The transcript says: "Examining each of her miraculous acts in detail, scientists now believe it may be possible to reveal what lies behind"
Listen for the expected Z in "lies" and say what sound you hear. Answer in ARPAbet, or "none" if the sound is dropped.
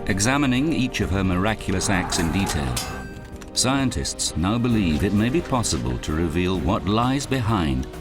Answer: Z